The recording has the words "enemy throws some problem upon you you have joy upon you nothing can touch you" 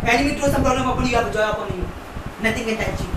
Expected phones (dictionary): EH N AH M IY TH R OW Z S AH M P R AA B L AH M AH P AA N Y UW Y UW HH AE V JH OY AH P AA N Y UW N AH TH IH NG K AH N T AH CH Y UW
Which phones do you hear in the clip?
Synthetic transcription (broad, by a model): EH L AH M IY T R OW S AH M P R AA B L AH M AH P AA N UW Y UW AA P JH OY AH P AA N Y UW N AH T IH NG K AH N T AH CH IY